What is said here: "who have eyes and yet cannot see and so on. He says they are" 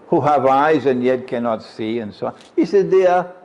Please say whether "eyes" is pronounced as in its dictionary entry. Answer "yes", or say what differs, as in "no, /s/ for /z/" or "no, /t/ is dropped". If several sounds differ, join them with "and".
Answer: yes